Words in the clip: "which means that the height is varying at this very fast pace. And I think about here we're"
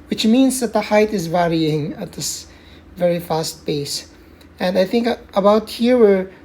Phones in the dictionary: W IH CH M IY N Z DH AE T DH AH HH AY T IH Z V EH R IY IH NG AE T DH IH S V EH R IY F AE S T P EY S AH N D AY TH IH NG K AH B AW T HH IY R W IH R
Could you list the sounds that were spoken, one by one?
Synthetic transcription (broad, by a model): W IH CH M IY N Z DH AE T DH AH HH AY T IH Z V EH R IY IH NG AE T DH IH S V EH R IY F AE S T B EY S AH N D AY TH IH NG K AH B AW T HH IY R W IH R